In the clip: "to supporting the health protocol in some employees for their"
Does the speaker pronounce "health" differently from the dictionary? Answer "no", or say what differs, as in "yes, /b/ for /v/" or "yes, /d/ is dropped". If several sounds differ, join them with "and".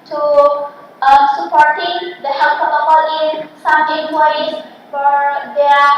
yes, /s/ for /θ/